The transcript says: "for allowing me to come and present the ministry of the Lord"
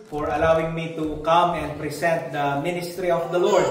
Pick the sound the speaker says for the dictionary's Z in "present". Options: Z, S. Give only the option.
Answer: S